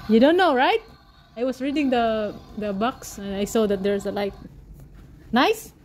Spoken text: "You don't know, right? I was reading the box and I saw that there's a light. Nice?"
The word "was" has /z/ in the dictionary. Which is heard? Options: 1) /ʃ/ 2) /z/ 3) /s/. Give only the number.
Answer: 3